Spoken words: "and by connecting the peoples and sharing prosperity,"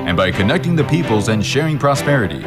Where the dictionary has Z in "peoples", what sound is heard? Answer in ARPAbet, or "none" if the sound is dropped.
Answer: Z